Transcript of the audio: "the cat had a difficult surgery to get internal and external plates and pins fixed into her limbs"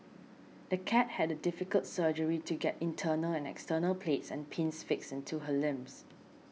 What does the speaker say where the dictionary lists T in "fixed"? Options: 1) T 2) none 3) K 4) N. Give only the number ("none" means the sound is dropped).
2